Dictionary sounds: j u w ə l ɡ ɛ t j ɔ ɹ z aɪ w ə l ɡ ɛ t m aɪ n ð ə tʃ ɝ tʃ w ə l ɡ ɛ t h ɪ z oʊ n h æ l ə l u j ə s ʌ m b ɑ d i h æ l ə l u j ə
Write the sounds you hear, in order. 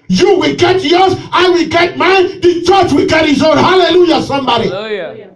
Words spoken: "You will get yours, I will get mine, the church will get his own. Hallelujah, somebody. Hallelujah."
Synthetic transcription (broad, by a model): j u w ə l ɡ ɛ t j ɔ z aɪ w ə l ɡ ɛ t m aɪ n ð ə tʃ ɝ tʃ w ə l ɡ ɛ t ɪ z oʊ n h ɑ l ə l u j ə s ʌ m b ɑ d i